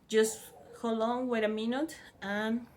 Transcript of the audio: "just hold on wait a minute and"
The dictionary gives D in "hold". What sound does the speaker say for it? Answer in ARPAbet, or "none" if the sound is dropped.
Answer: none